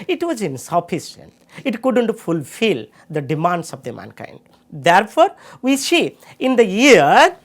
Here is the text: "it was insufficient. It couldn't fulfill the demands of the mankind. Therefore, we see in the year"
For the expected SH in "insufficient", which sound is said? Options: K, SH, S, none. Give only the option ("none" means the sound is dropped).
S